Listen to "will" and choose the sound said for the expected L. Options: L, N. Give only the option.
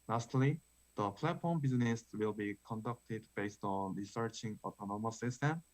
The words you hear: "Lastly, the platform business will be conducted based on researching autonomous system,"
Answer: L